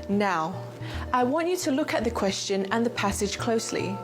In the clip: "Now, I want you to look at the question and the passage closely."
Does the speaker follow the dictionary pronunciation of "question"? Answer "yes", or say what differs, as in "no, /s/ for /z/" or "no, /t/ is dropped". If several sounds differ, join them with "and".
yes